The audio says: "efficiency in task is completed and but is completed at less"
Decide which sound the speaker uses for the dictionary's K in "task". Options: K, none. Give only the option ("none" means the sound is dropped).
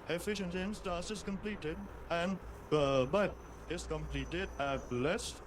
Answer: none